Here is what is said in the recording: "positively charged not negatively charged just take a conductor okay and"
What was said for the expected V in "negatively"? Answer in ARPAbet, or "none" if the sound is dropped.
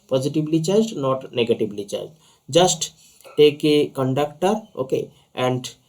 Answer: B